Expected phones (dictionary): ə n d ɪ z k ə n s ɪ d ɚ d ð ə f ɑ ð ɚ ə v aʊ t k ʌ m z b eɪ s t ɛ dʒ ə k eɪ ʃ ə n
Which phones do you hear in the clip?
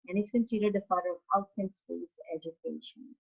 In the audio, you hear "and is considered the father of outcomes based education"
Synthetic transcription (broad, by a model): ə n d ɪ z k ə n s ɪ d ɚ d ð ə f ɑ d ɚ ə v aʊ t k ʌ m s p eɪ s ɛ dʒ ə k eɪ ʃ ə n